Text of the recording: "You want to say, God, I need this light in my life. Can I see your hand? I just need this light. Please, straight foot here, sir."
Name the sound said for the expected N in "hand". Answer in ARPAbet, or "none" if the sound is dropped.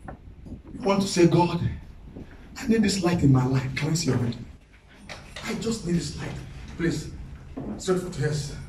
none